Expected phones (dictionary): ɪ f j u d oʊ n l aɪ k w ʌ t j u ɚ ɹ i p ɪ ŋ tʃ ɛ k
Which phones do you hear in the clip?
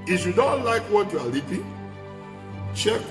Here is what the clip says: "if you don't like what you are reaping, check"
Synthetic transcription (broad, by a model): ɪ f j u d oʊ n l aɪ k w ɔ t j u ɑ l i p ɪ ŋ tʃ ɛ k